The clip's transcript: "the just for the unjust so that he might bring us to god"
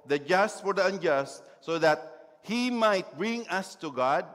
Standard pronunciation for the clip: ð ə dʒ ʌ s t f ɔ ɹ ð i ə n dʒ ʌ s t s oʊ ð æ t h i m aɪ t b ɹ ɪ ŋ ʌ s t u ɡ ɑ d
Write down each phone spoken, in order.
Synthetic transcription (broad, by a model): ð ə dʒ ʌ s t f ɔ ɹ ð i ə n dʒ ʌ s t s oʊ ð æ t h i m aɪ t b ɹ ɪ ŋ ʌ s t u ɡ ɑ d